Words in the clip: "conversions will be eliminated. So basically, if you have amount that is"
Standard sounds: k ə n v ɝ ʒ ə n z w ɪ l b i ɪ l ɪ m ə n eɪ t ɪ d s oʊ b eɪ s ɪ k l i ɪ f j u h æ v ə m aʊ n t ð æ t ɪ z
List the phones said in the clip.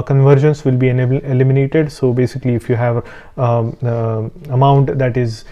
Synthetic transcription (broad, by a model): k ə n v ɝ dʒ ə n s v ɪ l b i ɪ l ɪ m ə n eɪ t ɪ d s oʊ b eɪ s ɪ k l i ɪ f j u h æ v ə m aʊ n t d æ t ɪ z